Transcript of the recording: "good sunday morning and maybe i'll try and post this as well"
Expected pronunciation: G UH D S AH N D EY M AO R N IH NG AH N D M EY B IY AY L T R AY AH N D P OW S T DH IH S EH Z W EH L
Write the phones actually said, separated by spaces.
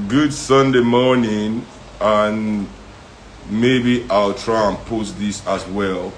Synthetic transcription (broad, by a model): G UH D S AH N D EY M AO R N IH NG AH N M EY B IY AY L T R AY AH N P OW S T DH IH S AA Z W EH L